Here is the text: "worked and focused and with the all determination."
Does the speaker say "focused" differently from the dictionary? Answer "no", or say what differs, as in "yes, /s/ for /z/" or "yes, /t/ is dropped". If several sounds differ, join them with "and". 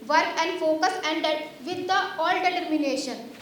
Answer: yes, /t/ is dropped